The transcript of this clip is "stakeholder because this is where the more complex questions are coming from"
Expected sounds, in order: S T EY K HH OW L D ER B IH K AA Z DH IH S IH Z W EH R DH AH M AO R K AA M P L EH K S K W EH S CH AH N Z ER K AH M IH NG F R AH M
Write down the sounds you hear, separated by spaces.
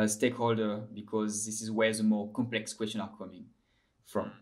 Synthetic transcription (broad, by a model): S T EY K HH OW L D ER B IH K AA Z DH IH S IH Z W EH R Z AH M AO K AA M P L EH K S K W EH S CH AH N ER K AH M IH NG F R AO M